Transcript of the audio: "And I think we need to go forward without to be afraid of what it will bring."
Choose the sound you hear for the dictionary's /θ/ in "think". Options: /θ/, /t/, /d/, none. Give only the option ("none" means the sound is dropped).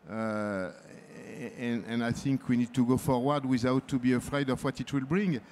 /θ/